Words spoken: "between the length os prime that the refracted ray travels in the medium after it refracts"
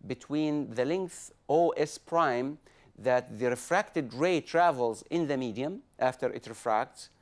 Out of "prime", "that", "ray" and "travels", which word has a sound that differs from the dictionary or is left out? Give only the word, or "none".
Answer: none